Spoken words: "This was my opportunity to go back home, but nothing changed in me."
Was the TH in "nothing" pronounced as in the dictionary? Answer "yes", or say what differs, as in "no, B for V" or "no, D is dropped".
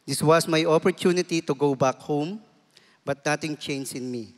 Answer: no, T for TH